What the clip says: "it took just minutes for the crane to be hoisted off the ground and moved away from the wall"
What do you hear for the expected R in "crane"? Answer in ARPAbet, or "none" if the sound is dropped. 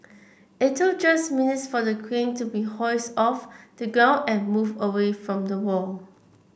W